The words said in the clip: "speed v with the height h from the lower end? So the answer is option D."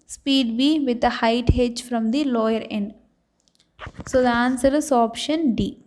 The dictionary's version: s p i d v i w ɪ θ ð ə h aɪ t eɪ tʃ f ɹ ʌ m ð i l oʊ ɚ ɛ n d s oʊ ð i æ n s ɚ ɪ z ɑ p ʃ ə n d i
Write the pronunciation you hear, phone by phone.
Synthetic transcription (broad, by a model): s p i d b i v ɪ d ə h aɪ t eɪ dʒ f ɹ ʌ m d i l oʊ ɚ ɛ n d s oʊ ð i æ n s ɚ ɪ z ɑ p ʃ ə n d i